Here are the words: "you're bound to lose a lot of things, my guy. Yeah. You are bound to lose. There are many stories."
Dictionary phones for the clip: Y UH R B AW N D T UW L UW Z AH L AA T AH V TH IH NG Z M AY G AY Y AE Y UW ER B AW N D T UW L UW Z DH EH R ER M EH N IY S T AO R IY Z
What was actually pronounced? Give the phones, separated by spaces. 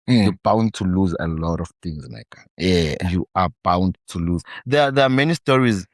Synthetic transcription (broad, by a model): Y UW B AW N D T UW L UW Z AH L AA T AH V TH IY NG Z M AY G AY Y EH Y UW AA B AW N D T UW L UW Z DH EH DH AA M EH N IY S T AO R IY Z